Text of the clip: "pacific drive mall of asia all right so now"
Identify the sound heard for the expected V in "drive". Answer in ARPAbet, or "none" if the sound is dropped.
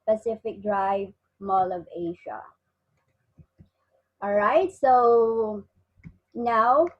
V